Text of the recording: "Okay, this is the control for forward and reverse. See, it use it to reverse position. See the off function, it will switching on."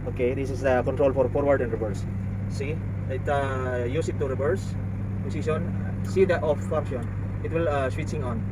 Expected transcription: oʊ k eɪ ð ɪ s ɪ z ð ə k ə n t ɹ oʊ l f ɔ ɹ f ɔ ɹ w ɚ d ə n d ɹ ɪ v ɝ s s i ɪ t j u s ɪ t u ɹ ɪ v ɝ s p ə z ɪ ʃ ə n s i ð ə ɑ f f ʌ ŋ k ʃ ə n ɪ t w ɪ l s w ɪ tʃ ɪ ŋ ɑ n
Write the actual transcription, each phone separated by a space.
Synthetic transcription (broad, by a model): oʊ k eɪ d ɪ s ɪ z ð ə k ə n t ɹ oʊ l f ɔ ɹ f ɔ ɹ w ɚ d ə n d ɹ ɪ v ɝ s s i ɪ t j u s ɪ t u ɹ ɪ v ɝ s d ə s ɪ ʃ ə n s i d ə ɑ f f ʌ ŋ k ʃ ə n ɪ t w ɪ l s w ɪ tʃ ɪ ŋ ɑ n